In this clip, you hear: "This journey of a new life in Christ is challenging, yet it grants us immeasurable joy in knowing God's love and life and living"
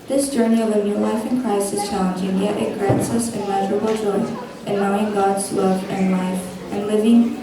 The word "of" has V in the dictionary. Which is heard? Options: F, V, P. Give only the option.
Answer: V